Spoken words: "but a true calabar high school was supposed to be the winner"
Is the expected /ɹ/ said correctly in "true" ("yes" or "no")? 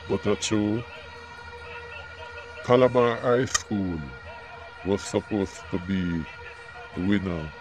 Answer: no